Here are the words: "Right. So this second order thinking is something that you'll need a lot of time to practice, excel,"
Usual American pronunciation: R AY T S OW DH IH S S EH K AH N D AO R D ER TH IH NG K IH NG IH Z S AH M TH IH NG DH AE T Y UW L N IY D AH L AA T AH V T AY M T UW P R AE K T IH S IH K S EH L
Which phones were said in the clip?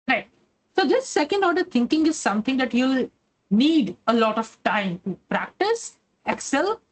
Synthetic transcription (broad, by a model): R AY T S OW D IH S S EH K AH N D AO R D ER T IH NG K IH NG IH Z S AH M T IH NG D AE T Y UW L N IY D AH L AA T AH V T AY M T UW P R AE K T IH S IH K S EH L